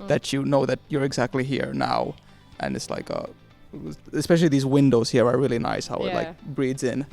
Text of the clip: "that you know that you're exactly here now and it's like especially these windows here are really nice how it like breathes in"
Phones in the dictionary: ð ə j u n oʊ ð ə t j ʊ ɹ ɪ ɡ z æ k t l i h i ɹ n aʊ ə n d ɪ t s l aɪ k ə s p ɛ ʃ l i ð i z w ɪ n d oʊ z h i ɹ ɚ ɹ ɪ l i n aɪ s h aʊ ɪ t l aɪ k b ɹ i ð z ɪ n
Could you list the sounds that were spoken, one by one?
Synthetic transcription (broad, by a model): ð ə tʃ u n oʊ ð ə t j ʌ ɹ ɪ ɡ z æ k t l i h i ɹ n aʊ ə n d ɪ t s l aɪ k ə s p ɛ ʃ l i ð i z w ɪ n d oʊ z h i ɹ ɚ ɹ ɪ l i n aɪ s h aʊ ɪ t l aɪ k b ɹ i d z ɪ n